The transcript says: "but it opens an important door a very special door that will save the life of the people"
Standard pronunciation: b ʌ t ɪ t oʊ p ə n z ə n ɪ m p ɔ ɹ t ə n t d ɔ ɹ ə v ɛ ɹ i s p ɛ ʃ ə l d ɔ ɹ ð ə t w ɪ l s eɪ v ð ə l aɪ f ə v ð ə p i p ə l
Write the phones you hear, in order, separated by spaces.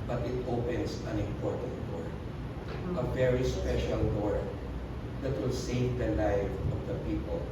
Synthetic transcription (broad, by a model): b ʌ t ɪ t oʊ p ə n s ə n ɪ m p ɔ ɹ t ə n t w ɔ ɹ ə v ɛ ɹ i s p ɛ ʃ ə l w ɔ ɹ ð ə t w ɪ l s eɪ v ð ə l aɪ f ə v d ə p i p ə l